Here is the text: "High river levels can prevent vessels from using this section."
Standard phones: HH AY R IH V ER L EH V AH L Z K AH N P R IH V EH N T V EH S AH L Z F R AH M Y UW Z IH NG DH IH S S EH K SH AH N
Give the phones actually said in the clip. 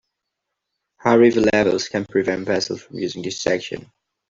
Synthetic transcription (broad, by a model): HH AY R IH V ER L EH V AH L Z K AH N P R IH V EH N T V EH S AH L Z F R AH M Y UW Z IH NG DH IH S S EH K SH AH N